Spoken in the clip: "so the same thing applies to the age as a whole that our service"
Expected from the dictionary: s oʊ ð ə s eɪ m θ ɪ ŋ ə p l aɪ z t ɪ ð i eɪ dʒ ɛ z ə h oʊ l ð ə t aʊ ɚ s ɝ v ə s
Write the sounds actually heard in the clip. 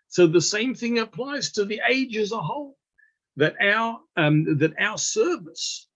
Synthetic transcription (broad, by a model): s oʊ ð ə s eɪ m θ ɪ ŋ ə p l aɪ z t ɪ ð i eɪ dʒ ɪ z ə h oʊ l ð ə t aʊ ɚ s ɝ v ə s